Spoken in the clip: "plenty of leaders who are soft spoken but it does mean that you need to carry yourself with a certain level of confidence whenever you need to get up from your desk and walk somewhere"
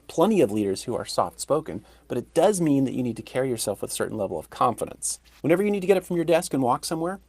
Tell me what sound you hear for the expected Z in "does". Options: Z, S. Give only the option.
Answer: Z